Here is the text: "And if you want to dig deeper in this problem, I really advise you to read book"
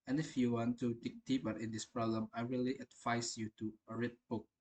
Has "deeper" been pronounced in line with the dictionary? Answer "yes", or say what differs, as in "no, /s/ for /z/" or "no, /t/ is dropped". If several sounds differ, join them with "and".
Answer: no, /b/ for /p/